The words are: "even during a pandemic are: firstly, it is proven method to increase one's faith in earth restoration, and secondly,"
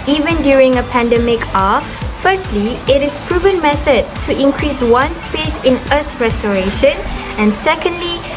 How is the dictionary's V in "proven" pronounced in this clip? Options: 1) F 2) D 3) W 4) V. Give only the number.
4